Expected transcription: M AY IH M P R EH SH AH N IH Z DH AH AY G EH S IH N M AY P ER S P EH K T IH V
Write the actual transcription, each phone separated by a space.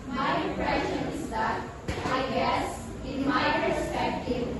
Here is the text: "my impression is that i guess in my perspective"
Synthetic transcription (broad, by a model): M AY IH P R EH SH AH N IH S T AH AY G EH S IH N M AY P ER S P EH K T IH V